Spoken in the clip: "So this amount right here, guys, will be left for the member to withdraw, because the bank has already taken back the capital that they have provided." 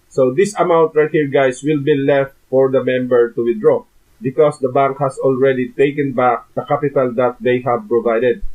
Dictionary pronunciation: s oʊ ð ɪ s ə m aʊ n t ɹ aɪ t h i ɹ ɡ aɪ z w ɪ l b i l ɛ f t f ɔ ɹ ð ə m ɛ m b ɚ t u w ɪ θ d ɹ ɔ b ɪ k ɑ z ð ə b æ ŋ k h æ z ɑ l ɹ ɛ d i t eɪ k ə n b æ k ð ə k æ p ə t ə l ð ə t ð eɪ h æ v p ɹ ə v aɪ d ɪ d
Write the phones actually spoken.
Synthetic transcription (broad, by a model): s oʊ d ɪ s ə m aʊ n t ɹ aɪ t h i ɹ ɡ aɪ s w ɪ l b i l ɛ f t f ɔ ɹ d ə m ɛ m b ɚ t u w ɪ d ɹ ɔ b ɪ k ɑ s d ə b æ ŋ k h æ s ɑ l ɹ ɛ d i t eɪ k ə n b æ k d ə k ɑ p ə t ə l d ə t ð eɪ h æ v p ɹ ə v aɪ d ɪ d